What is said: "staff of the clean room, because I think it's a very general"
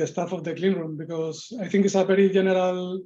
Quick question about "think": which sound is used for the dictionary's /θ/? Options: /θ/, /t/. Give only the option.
/t/